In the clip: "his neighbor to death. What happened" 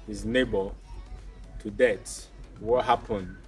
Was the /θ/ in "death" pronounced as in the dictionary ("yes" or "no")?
no